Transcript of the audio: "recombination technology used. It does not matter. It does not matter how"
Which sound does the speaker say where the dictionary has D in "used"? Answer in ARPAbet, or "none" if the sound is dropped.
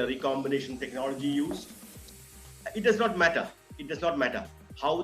none